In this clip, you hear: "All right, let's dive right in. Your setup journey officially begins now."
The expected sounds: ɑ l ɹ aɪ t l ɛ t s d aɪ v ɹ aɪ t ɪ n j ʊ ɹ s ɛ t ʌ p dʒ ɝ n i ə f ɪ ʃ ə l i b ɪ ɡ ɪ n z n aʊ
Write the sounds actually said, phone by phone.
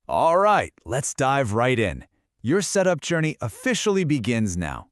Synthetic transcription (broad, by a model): ɑ l ɹ aɪ t l ɛ t s d aɪ v ɹ aɪ t ɪ n j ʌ ɹ s ɛ t ʌ p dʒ ɝ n i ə f ɪ ʃ l i b ɪ ɡ ɪ n z n aʊ